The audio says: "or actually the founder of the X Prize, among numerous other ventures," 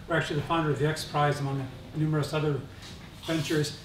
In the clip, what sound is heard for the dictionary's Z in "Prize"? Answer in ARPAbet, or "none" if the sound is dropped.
Z